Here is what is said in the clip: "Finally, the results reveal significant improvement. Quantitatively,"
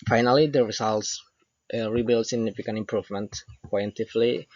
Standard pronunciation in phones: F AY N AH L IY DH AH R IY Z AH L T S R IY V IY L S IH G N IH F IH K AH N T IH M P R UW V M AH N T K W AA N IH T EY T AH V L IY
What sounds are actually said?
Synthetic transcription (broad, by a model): F AY N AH L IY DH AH R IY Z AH L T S R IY B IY L S IH G N IH F IH K AH N T IH M P R UW V M AH N T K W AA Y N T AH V L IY